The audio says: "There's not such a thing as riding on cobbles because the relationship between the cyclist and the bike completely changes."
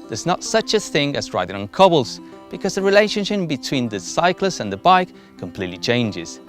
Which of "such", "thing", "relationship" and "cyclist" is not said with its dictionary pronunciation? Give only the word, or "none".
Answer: cyclist